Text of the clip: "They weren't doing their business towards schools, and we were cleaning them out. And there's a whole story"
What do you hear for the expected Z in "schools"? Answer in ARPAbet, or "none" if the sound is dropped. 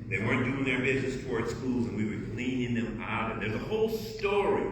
Z